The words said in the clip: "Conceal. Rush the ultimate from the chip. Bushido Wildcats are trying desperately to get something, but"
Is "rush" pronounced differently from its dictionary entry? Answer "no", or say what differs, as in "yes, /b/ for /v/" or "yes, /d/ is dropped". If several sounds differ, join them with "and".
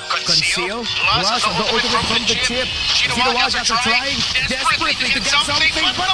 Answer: yes, /s/ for /ʃ/